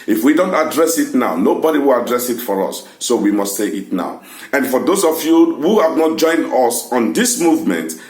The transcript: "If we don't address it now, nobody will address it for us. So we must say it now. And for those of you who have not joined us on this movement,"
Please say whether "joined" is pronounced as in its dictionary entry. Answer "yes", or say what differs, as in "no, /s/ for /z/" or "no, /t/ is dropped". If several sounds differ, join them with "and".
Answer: yes